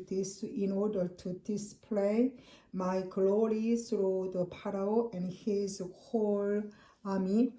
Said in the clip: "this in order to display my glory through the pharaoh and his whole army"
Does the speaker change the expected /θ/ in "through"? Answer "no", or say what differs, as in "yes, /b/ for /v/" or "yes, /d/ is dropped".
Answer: yes, /s/ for /θ/